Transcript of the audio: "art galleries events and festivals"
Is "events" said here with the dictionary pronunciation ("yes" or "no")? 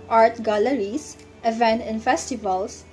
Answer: no